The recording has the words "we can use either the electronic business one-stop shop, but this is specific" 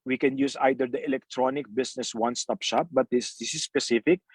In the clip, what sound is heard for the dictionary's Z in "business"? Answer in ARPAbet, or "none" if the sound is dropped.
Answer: S